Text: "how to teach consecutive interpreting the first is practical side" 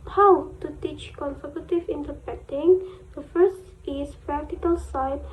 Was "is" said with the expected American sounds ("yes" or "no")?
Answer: no